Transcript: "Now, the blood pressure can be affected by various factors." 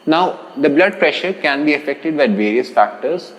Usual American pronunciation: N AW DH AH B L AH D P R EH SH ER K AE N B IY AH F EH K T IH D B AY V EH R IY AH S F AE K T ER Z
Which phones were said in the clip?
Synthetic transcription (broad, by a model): N AW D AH B L AH D P R EH SH ER K AE N B IY AH F EH K T IH D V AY V EH R IY AH S F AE K T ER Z